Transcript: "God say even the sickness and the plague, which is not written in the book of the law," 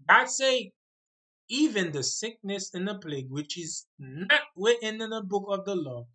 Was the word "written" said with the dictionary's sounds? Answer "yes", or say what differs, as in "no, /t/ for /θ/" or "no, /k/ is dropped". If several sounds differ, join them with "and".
no, /w/ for /ɹ/